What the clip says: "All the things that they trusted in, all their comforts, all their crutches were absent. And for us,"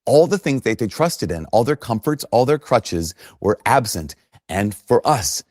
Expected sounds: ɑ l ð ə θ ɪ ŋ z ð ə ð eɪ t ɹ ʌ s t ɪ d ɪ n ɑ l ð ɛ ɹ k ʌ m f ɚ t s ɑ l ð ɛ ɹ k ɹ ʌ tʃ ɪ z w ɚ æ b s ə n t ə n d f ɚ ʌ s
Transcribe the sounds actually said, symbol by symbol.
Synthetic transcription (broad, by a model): ɑ l ð ə θ ɪ ŋ z ð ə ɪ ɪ t ɹ ʌ s t ɪ d ɪ n ɑ l ð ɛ ɹ k ʌ m f ɚ t s ɑ l ð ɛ ɹ k ɹ ʌ tʃ ɪ z w ɚ æ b s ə n t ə n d f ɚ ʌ s